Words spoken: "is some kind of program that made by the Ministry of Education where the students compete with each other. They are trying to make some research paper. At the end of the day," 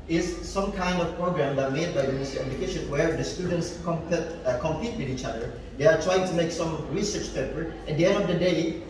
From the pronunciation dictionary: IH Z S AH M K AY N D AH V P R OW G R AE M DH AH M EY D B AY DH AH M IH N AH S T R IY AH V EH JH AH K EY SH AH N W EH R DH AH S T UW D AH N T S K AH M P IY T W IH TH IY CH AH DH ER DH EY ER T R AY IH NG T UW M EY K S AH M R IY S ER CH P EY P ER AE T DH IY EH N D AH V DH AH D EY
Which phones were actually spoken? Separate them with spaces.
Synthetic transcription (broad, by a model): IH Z S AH M K AY N D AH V P R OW G R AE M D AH M EY D B AY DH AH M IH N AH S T IY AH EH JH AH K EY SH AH N W EH R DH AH S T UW D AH N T S K AH M P IY T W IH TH IY CH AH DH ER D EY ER T R AY IH NG T UW M EY K S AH M R IY S ER CH P EY P ER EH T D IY EH N D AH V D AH D EY